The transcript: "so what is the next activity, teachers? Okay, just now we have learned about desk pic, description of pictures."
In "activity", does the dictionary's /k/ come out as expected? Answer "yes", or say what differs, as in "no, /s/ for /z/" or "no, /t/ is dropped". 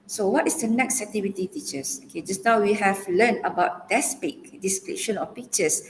no, /k/ is dropped